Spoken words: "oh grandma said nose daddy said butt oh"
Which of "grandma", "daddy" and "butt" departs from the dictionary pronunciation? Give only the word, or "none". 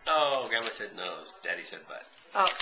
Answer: grandma